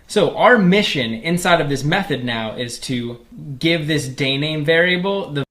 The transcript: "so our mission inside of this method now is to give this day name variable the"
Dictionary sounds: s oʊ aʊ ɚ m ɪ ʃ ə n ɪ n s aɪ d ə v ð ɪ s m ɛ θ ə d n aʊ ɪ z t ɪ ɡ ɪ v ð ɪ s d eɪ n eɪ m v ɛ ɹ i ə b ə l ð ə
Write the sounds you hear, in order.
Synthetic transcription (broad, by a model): s oʊ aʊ ɚ m ɪ ʃ ə n ɪ n s aɪ d ə v ð ɪ s m ɛ θ ə d n aʊ ɪ z t ɪ ɡ ɪ v ð ɪ s d eɪ n eɪ m v ɛ ɹ i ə b l ð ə